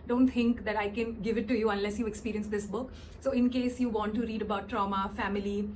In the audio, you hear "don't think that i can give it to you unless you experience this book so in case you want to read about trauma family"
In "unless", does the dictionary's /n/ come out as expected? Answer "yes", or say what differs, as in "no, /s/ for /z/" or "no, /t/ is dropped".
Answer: yes